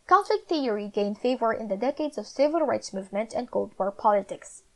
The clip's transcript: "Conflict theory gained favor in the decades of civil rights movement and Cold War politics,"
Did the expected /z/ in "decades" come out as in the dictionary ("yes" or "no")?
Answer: yes